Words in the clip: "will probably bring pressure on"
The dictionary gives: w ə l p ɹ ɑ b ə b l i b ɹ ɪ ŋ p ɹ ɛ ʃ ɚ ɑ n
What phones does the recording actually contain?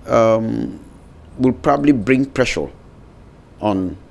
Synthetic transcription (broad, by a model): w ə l p ɹ ɑ b ə b l i b ɹ ɪ ŋ p ɹ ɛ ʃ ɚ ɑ n